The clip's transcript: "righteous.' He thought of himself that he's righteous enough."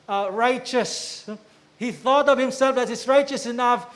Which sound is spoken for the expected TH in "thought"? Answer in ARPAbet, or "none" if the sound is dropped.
TH